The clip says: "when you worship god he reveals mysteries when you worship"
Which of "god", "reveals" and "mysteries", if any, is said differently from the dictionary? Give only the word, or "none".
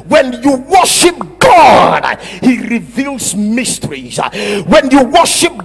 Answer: none